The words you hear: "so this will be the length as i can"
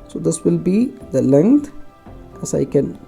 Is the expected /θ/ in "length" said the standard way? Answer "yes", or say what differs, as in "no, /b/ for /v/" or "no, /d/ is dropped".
no, /t/ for /θ/